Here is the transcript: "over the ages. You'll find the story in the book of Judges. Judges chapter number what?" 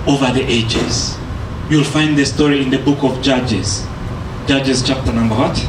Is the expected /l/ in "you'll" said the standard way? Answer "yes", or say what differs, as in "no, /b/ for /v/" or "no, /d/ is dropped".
yes